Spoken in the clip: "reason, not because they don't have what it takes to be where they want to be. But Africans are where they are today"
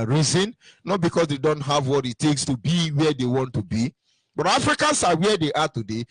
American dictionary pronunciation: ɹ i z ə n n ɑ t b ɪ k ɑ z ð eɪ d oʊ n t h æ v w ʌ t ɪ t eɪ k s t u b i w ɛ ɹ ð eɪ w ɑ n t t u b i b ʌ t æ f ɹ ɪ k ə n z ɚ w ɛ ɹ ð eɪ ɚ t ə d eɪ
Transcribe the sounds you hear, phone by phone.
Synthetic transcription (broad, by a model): ɹ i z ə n n ɑ t b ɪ k ɑ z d eɪ d oʊ n t h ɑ v w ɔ t ɪ t eɪ k s t u b i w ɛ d eɪ w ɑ n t t u b i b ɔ t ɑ f ɹ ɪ k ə n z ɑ w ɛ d eɪ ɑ t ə d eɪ